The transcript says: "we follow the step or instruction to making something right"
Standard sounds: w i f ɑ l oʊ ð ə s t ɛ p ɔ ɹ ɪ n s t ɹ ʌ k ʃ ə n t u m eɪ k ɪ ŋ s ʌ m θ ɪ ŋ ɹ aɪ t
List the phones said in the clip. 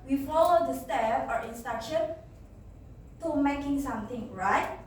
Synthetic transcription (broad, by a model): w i f ɑ l oʊ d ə s t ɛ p ɔ ɹ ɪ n s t ɑ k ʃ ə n t u m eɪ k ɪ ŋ s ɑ m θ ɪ ŋ ɹ aɪ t